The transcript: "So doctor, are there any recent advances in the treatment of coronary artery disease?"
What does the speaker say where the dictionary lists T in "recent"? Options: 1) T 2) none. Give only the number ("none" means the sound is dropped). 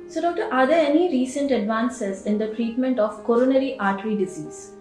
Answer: 1